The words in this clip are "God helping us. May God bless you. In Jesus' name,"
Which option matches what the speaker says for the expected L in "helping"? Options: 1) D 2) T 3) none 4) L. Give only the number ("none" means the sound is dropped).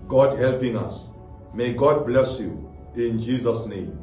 4